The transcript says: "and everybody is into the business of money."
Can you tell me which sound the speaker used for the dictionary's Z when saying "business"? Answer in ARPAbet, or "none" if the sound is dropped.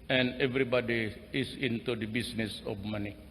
S